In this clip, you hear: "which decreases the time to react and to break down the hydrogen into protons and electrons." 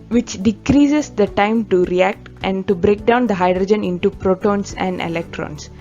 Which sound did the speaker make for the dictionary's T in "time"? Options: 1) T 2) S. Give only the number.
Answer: 1